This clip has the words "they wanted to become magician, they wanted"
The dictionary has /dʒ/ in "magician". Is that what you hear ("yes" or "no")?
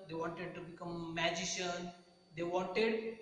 yes